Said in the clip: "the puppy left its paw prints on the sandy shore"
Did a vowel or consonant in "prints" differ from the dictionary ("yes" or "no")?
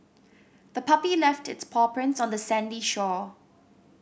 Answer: no